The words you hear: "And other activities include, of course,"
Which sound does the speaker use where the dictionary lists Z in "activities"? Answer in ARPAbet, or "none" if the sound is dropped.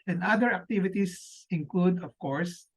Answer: S